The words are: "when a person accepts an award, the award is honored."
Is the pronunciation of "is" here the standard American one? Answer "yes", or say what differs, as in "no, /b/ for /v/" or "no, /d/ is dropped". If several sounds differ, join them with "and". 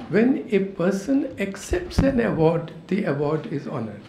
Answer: yes